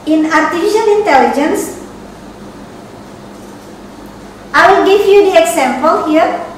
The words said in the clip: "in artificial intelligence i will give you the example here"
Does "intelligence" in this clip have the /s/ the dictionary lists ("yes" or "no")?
yes